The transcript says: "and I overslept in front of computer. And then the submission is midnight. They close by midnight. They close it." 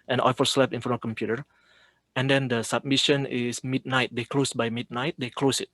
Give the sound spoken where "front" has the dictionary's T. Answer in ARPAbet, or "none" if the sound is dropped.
none